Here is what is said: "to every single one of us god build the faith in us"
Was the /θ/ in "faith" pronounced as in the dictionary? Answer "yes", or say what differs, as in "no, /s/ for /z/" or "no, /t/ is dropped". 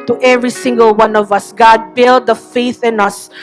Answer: yes